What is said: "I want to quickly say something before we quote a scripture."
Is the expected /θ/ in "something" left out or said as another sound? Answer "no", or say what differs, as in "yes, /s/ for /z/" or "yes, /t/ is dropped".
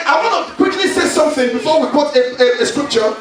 no